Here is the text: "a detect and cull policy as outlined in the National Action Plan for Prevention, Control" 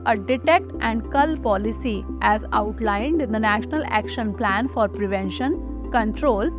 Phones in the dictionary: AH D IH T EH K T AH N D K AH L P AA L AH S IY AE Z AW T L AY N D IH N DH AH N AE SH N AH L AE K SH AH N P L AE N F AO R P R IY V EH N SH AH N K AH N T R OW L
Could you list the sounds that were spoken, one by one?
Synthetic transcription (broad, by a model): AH D IH T EH K T AH N D K AH L P AA L AH S IY AE Z AW T L AY N D IH N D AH N AE SH N AH L AE K SH AH N P L AE N F AO R P R IY V EH N SH AH N K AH N T R OW L